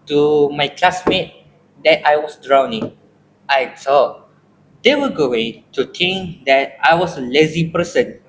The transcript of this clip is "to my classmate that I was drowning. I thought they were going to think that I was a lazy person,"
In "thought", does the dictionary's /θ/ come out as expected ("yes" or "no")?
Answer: no